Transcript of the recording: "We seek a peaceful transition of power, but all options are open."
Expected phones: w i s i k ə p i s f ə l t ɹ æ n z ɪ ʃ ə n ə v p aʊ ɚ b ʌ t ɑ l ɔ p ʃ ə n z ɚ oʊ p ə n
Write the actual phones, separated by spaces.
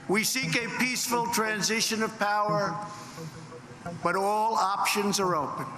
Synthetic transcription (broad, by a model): w i s i k ə p i s f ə l t ɹ æ n z ɪ ʃ ə n ə v p aʊ ɚ b ʌ t ɑ l ɔ p ʃ ə n z ɚ oʊ p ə n